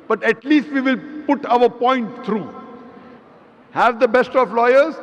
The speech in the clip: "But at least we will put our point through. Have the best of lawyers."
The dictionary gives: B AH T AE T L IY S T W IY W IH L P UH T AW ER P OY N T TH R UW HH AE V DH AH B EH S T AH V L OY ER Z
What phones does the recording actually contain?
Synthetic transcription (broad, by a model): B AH T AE T L IY S T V IY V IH L P UH T AW ER P OY N T T R UW HH AE V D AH B EH S T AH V L OY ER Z